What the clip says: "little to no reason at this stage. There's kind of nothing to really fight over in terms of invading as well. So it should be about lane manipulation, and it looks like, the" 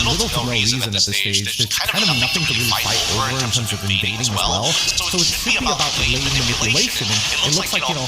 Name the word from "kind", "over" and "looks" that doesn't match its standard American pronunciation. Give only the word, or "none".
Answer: none